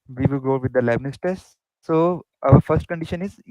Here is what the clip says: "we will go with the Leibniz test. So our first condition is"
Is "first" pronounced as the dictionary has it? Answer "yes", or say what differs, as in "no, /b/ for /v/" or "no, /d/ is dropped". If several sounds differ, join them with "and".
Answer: yes